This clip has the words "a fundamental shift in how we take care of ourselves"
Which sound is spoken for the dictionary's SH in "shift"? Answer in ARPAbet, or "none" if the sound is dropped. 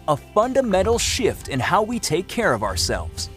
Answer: SH